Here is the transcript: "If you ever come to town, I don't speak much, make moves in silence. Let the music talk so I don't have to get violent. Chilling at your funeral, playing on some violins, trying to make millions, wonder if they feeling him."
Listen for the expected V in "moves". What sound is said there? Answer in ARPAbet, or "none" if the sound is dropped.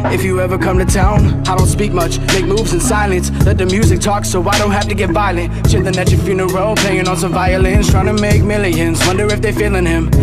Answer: V